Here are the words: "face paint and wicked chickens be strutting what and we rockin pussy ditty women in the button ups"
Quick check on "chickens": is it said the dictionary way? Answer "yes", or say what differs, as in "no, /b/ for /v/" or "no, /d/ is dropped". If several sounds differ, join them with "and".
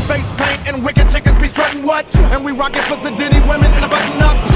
no, /n/ is dropped